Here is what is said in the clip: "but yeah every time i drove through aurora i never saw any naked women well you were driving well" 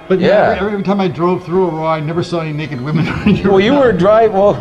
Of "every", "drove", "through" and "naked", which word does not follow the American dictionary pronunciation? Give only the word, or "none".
none